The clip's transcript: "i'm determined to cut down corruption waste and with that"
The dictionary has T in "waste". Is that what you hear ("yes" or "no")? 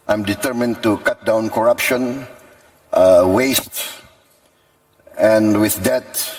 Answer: yes